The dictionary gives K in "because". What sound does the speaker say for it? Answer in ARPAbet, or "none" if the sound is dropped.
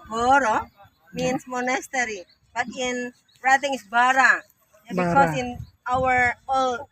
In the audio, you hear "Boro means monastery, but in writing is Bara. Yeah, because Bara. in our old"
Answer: none